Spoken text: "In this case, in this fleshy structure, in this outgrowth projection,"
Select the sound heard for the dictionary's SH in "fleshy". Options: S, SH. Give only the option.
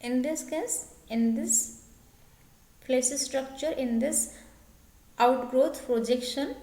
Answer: S